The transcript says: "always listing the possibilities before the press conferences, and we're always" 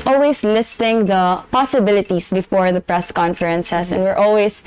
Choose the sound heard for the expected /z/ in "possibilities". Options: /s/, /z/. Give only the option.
/s/